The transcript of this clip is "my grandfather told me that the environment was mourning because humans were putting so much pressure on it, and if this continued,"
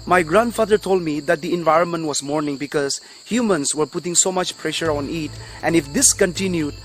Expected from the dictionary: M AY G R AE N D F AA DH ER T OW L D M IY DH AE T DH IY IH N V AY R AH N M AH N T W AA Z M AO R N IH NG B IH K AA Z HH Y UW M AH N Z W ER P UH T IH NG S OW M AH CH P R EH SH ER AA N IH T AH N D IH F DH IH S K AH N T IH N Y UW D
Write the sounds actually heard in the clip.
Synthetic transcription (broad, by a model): M AY G R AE N D F AA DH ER T OW L D M IY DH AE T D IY IH N V AY R AH N M AH N T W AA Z M AO R N IH NG B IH K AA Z HH Y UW M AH N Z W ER P UH T IH NG S OW M AH CH P R EH SH ER AA N IH T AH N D IH F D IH S K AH N T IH N Y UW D